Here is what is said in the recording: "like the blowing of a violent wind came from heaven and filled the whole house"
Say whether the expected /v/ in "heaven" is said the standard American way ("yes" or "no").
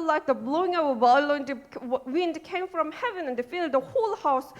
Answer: yes